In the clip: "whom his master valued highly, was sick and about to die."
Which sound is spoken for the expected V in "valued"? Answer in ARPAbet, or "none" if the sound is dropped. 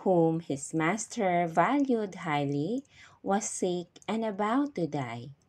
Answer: V